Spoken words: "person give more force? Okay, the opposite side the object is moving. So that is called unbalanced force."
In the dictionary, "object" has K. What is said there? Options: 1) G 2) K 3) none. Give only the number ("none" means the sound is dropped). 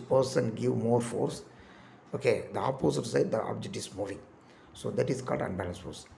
2